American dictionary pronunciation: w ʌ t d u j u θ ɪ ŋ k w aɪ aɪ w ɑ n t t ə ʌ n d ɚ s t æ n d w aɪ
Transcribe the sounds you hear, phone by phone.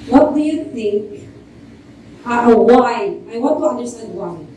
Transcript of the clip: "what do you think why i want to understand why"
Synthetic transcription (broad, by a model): w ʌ t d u j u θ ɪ ŋ k w aɪ aɪ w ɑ t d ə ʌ n d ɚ s t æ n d w aɪ